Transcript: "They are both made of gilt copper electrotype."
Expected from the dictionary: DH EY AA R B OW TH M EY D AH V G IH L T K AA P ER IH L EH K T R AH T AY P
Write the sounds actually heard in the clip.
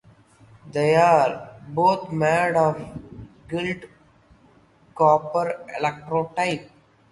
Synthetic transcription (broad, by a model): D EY AA R B OW T M EY D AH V G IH L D K AA P ER IH L EH K T R AH T AY P